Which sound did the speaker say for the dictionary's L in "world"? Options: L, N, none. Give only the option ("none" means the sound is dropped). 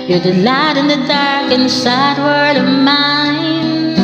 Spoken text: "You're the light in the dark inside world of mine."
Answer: none